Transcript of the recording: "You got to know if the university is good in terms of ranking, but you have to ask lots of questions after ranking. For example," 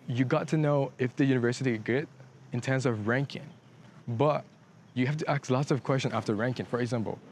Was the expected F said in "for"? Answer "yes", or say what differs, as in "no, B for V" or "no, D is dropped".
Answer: yes